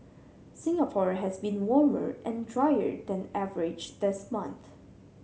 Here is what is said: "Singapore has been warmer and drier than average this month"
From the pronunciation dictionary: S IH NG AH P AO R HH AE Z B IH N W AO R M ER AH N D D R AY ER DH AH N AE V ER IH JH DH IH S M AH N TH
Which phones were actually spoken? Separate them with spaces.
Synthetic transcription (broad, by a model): S IH NG AH P AO R HH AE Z B IH N W AO R M ER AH N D D R AY ER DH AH N AE V ER IH JH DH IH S M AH N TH